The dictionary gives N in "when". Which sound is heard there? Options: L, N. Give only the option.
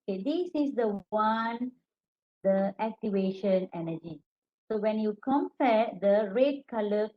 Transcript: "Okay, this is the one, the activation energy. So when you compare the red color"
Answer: N